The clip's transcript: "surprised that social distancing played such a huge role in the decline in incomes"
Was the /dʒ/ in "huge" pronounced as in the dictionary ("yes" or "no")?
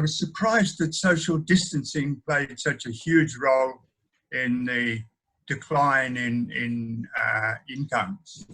yes